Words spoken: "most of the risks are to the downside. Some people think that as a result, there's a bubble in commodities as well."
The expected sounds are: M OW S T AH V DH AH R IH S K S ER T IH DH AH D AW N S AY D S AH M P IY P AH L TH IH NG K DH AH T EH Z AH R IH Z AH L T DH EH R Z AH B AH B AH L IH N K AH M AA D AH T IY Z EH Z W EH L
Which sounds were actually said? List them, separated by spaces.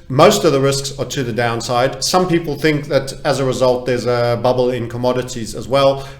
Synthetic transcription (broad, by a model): M OW S T AH V DH AH R IH S K S ER T IH DH AH D AW N S AY D S AH M P IY P L TH IH NG K DH AH T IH Z AH R IH Z AH L T DH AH R Z AH B AH B L IH N K AH M AA D AH T IY Z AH Z W EH L